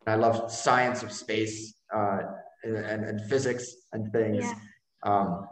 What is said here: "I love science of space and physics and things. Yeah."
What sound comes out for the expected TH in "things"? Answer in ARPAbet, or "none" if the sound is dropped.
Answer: TH